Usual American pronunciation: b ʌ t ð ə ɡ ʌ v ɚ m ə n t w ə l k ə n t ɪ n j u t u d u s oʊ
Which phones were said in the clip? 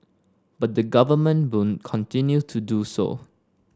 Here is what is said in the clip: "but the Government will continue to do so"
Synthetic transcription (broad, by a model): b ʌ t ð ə ɡ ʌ v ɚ m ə n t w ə n k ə n t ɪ n j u t u d u s oʊ